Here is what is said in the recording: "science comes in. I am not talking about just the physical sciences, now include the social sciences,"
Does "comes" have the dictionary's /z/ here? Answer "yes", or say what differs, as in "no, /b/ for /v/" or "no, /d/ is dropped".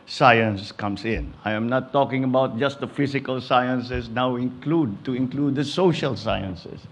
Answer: no, /s/ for /z/